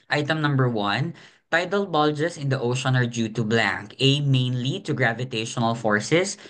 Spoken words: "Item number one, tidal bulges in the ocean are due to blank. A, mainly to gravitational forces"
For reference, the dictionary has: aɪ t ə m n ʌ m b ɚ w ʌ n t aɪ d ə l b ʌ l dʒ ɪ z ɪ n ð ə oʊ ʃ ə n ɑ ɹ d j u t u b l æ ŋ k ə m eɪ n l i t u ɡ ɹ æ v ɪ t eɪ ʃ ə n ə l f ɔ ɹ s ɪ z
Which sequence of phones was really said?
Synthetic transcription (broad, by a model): aɪ t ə m n ʌ m b ɚ w ʌ n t aɪ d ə l b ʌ l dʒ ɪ s ɪ n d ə oʊ ʃ ə n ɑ ɹ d j u t u b l æ ŋ k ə m eɪ n l i t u ɡ ɹ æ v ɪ t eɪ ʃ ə n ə l f ɔ ɹ s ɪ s